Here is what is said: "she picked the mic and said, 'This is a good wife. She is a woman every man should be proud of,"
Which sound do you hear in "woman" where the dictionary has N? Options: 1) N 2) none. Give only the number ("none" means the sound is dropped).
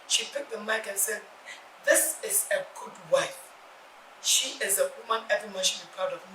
1